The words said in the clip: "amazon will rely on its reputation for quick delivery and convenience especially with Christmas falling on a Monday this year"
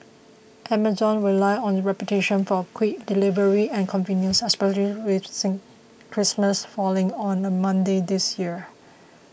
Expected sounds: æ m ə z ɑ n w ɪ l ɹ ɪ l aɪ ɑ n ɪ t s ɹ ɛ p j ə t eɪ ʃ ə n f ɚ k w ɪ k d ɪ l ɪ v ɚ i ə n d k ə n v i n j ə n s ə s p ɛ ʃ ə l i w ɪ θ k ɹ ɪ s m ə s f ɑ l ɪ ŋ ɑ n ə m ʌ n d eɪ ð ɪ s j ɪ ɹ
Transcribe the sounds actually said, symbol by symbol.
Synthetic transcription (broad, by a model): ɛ m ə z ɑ n w ɪ l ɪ ɪ ɑ n ɹ ɛ p j ə t eɪ ʃ ə n f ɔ k w ɪ k d ɪ l ɪ v ɚ i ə n k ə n v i n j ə n s ə s p ɛ ʃ ə l i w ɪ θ k ɹ ɪ s m ə s f ɑ l ɪ ŋ ɑ n ə m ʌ n d eɪ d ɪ s j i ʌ